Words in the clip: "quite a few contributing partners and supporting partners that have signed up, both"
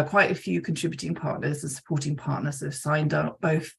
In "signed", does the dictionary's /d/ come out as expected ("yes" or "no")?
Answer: yes